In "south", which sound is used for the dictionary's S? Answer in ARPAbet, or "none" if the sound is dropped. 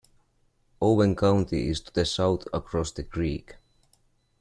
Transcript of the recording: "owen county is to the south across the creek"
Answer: S